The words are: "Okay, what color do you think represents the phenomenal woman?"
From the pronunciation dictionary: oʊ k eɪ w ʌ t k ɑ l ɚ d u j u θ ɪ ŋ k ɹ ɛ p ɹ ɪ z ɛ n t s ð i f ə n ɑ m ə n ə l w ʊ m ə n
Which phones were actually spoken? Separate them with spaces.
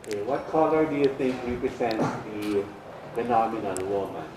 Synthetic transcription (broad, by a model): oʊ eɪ w ʌ t k ɑ l ɚ d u j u θ ɪ ŋ k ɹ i p ɹ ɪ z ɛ n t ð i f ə n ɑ m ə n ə n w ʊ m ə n